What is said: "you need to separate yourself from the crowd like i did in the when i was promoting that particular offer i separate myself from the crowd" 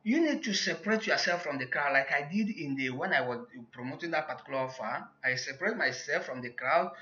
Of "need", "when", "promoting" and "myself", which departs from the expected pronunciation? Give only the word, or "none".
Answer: none